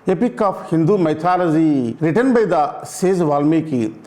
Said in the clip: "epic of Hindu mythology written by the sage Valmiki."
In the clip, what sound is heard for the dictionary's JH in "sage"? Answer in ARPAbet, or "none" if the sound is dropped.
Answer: Z